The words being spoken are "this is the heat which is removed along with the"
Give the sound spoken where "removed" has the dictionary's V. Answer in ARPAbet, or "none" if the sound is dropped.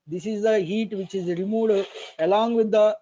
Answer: none